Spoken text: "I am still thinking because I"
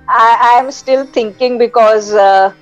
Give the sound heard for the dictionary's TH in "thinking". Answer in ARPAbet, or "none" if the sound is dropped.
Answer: T